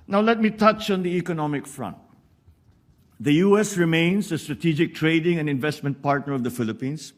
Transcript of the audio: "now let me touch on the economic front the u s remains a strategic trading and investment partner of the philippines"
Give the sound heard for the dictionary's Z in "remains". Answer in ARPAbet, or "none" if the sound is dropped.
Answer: S